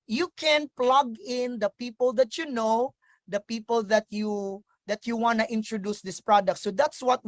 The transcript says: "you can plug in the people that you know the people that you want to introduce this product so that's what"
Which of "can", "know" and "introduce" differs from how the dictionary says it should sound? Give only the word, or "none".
none